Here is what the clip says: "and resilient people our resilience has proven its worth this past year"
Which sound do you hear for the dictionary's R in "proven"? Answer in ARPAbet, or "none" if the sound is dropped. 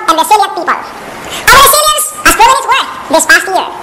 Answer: none